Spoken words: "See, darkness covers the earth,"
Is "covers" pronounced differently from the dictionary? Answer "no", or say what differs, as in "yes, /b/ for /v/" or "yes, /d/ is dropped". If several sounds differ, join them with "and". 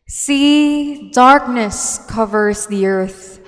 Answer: no